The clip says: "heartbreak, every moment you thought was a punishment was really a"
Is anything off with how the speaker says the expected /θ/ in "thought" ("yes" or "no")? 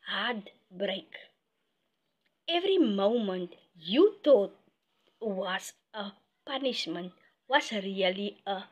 yes